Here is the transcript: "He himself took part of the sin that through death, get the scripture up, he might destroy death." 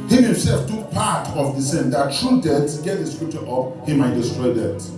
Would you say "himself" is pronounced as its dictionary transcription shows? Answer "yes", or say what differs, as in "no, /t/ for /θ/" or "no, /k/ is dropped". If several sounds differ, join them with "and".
yes